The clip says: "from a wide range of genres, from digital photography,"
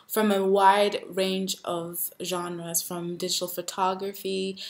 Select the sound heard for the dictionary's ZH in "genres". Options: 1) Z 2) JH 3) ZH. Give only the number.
3